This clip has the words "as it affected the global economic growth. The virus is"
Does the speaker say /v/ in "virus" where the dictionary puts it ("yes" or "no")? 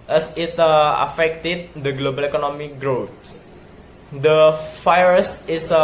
no